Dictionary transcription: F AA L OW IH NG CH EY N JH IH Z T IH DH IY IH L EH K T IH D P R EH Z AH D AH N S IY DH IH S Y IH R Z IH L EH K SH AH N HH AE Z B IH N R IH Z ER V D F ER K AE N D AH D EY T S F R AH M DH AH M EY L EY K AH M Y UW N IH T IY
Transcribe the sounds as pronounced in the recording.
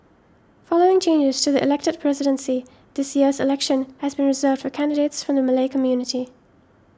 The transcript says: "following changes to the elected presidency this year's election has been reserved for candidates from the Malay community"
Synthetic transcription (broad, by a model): F AA L OW IH NG CH EY N JH IH Z T IH DH IY IH L EH K T IH D P R EH Z AH D AH N S IY DH IH S Y IH R Z IH L EH K SH AH N HH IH Z B IH N R IH Z ER V D F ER K AE N D AH D EY T S F R AH M DH AH M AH L EY K AH M Y UW N IH T IY